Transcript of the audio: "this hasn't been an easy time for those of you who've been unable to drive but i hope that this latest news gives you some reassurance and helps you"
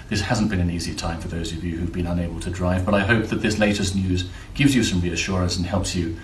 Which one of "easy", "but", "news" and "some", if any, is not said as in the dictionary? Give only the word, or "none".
none